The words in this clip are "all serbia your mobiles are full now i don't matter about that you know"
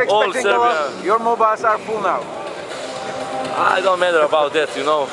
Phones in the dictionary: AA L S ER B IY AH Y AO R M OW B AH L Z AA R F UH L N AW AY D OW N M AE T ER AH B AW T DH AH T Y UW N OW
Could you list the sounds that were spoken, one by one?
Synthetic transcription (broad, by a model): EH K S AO IY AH Y AO R M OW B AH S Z AA R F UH L N AW AY D OW N M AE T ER AH B AW T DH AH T Y UW N OW